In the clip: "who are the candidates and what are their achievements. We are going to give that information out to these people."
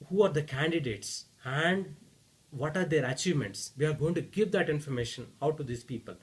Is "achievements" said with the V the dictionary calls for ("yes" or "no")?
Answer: yes